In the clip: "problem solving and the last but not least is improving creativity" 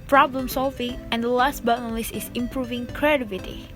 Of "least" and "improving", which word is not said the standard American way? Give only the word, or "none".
least